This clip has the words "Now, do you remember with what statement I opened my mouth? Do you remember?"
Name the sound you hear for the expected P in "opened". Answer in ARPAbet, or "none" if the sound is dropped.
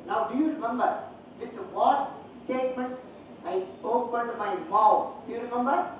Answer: P